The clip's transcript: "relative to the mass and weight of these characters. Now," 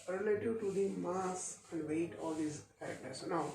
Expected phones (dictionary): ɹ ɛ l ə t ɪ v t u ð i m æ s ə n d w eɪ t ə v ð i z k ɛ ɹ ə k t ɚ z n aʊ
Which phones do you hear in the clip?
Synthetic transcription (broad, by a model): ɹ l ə t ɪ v t u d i m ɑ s ə n d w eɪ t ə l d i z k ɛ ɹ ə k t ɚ s n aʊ